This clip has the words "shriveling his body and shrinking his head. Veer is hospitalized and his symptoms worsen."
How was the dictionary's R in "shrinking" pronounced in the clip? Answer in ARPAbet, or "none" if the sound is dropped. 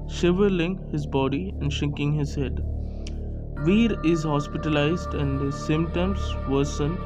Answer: none